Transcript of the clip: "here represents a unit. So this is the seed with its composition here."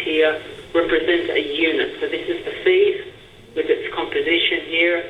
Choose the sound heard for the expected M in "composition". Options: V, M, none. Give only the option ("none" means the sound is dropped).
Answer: M